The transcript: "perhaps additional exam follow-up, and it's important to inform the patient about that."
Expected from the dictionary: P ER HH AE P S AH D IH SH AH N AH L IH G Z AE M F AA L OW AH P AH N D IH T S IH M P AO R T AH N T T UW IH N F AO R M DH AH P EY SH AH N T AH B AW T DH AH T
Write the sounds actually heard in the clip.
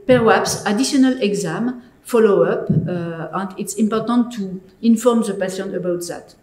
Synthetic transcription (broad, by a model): P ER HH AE P S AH D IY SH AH N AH L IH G Z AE M F AA L OW AH P AH N D IH T S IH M P AO R T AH N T T UW IH N F AO R M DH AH P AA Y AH N AH B AW T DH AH T